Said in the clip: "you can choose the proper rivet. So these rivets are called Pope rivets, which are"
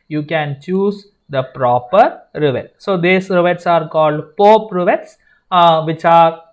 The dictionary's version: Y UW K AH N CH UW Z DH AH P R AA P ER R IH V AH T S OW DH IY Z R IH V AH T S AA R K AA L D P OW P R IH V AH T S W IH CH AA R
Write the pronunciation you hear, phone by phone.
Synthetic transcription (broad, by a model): Y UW K AH N CH UW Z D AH P R AA P ER R IH V AH T S OW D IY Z R IH V AH T S AA R K AA L D P OW P R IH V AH T S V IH CH AA R